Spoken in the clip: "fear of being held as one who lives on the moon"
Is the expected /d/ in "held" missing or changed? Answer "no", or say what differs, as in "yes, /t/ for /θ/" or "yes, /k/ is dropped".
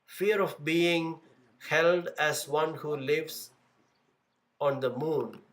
no